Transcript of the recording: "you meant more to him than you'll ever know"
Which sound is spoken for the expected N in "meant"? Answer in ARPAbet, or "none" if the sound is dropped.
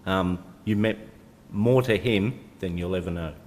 none